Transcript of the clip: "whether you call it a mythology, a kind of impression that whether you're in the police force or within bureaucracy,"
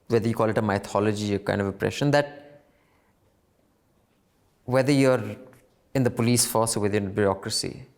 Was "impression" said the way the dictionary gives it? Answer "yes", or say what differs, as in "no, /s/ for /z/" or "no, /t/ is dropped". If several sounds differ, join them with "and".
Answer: no, /m/ is dropped